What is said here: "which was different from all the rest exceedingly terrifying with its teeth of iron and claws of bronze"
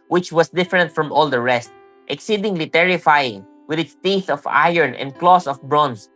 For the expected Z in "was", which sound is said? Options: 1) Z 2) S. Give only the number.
2